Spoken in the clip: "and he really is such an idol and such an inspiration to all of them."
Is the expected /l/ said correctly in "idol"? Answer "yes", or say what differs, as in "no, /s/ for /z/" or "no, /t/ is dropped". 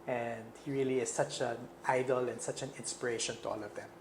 yes